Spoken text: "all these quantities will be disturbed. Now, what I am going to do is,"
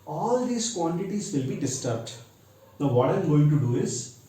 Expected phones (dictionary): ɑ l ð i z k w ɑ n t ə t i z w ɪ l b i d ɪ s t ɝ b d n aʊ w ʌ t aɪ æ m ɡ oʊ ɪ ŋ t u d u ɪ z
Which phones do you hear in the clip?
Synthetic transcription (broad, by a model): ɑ l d i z k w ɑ n t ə t i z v ɪ l b i d ɪ s t ɝ b d n aʊ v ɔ t aɪ m ɡ oʊ ɪ ŋ t u d u ɪ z